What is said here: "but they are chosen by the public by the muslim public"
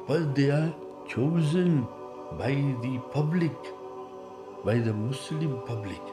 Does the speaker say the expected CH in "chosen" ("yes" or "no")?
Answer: yes